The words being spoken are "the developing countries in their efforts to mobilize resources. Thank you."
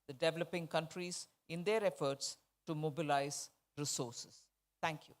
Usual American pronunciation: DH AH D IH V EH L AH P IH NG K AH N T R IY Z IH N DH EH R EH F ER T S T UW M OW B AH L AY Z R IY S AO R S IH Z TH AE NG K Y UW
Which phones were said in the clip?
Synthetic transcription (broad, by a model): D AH D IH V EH L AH P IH NG K AH N T R IY Z IH N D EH R EH F ER T S T UW M OW B AH L AY Z R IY S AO R S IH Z T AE NG K Y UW